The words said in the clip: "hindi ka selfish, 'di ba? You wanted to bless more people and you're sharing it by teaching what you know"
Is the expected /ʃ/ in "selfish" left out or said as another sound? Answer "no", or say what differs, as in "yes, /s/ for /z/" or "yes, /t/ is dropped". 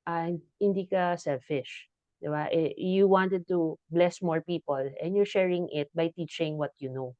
no